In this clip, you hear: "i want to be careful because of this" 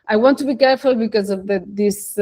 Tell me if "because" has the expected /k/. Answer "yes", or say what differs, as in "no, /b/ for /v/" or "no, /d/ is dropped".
yes